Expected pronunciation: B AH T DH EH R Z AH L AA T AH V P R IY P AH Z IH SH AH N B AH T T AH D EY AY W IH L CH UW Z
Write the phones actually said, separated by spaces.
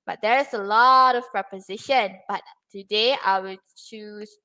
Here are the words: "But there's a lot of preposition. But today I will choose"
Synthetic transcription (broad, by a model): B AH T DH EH R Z AH L AA T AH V P R IY P AH Z IH SH AH N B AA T T AH D EY AY W IH L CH UW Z